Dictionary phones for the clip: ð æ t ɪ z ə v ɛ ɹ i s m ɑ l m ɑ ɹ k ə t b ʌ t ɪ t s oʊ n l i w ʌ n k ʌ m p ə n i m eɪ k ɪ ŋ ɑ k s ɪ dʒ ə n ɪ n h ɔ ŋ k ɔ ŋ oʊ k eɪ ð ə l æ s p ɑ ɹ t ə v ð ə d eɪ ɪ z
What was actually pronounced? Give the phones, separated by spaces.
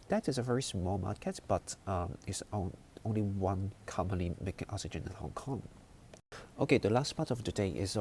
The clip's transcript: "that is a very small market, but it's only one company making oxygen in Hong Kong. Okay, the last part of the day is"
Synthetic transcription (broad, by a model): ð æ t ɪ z ə v ɛ ɹ i s m ɑ l m ɑ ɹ k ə t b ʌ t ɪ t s oʊ n l i w ʌ n k ʌ m p ə n i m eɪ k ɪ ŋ ɑ k s ɪ dʒ ə n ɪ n h ɔ ŋ k ɔ ŋ oʊ k eɪ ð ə l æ s p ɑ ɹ t ə v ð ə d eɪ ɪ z